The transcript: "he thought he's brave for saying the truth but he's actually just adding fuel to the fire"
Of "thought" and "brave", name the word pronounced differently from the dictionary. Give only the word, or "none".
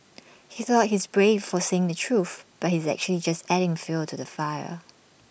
none